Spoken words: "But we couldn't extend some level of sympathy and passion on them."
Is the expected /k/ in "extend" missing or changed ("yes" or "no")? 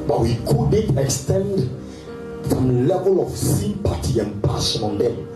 no